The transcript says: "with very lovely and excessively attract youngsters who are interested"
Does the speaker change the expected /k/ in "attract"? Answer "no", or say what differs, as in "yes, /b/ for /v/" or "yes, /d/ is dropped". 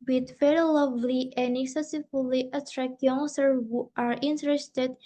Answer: no